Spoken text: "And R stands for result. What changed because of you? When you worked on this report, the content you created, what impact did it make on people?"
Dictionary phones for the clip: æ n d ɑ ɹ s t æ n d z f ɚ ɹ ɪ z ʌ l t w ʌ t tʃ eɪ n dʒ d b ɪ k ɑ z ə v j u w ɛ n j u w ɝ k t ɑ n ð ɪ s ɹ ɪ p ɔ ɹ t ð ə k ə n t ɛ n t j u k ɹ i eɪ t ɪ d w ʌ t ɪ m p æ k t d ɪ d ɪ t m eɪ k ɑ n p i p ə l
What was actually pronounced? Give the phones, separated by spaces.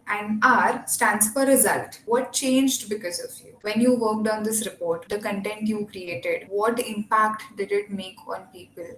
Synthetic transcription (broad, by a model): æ n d ɑ ɹ s t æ n d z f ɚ ɹ ɪ z ʌ l t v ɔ t tʃ eɪ n dʒ d b ɪ k ɑ z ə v j u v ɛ n j u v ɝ k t ɑ n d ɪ s ɹ ɪ p ɔ ɹ t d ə k ə n t ɛ n t j u k ɹ i eɪ t ɪ d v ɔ t ɪ m p æ k t d ɪ d ɪ t m eɪ k ɑ n p i p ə l